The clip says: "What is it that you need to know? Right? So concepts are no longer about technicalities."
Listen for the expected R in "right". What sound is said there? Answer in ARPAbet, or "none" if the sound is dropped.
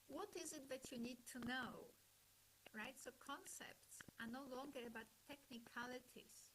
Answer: R